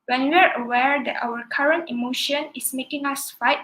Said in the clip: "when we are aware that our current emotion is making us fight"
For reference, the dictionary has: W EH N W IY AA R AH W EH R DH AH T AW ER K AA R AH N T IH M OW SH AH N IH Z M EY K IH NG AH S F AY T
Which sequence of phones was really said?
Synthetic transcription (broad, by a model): W EH N W IY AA R AH W EH R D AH T AW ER K AA R AH N T IH M OW SH AH N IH S M EY K IH NG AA S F AY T